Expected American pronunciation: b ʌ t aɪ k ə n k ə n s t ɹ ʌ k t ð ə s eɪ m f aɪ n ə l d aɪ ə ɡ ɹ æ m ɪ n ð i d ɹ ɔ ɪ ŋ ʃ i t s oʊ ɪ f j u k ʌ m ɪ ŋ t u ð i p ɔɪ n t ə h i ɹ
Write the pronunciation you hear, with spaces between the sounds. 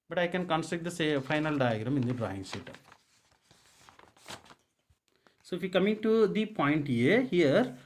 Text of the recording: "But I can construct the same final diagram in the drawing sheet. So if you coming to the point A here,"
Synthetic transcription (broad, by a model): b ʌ t aɪ k ə n k ə n s t ɹ ʌ k t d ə s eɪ f aɪ n ə l d aɪ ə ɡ ɹ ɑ m ɪ n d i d ɹ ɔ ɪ ŋ s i t s oʊ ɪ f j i k ʌ m ɪ ŋ t u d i p ɔɪ n t ə h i ɹ